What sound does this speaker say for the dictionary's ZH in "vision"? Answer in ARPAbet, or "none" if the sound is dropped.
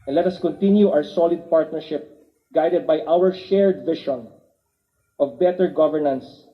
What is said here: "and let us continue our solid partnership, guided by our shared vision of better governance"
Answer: SH